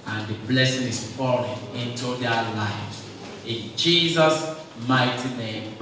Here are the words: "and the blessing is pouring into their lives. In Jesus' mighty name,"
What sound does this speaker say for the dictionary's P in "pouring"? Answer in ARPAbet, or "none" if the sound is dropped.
F